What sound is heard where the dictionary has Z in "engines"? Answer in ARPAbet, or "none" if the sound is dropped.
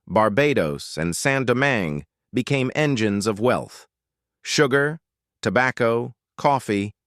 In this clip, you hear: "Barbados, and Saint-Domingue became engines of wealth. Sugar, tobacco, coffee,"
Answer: Z